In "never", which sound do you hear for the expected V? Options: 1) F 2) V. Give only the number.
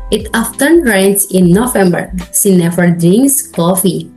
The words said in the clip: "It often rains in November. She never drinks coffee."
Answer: 1